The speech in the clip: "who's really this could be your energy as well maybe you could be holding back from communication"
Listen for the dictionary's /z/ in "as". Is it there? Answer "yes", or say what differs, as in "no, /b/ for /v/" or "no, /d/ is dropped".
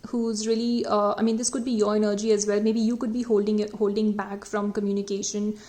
yes